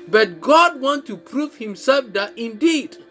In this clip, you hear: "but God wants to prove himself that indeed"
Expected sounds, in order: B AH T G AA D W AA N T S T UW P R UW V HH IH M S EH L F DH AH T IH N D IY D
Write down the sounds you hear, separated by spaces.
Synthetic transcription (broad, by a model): B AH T G AA D W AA N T T UW P R UW V HH IH M S EH L F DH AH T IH N D IY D